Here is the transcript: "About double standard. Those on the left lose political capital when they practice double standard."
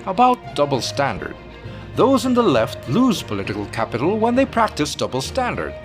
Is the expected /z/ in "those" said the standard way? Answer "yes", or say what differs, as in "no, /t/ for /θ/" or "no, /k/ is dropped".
yes